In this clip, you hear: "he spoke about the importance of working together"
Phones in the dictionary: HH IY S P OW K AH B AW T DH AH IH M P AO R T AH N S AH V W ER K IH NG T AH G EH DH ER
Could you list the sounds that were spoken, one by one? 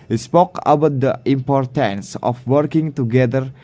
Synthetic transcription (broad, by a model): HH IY S P OW K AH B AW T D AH IH M P AO R T AH N S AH F W ER K IH NG T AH G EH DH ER